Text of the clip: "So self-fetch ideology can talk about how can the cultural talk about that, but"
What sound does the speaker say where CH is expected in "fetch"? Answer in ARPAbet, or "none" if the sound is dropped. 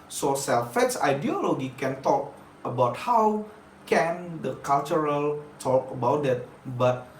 S